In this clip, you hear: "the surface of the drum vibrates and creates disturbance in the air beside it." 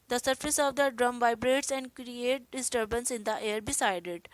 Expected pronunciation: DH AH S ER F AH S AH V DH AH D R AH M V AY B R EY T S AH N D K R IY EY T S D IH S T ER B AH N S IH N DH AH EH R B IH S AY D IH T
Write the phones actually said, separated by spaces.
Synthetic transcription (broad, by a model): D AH S ER F AH S AH V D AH D R AH M V AY B R EY T S AH N D K R IY EY T D IH S T ER B AH N S IH N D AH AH R B IH S AY D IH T